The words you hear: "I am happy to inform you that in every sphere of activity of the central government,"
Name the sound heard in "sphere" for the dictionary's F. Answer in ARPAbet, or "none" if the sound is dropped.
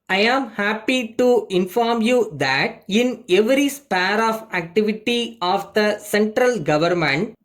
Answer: P